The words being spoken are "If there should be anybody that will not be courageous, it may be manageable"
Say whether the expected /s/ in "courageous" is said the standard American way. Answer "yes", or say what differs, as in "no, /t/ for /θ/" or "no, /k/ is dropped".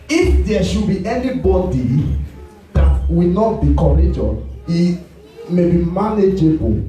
no, /s/ is dropped